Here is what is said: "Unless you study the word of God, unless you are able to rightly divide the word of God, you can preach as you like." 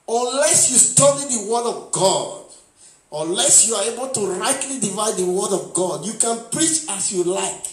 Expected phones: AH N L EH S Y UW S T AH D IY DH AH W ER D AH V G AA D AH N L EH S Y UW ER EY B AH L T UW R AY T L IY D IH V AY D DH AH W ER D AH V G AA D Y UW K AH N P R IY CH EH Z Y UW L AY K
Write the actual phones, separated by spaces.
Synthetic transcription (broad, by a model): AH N L EH S Y UW S T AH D IY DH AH W ER D AH V G AA D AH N L EH S Y UW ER EY B AH L T UW R AY T L IY D IH V AY D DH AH W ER D AH V G AA D Y UW K AH N P R IY CH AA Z Y UW L AY K